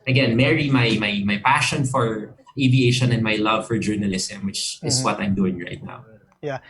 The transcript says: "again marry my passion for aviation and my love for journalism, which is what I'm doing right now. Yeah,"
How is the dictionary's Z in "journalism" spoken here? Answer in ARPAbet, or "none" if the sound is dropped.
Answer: S